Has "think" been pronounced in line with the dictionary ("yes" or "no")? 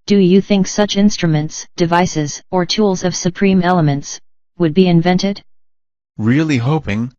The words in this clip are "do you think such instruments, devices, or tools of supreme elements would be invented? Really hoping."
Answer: yes